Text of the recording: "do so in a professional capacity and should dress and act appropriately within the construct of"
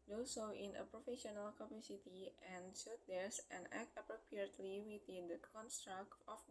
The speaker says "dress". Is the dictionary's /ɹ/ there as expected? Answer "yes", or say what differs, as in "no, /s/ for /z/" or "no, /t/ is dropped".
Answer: no, /ɹ/ is dropped